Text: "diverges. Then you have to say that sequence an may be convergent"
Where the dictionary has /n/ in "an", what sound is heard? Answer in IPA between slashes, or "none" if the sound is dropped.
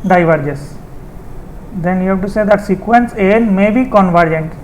/l/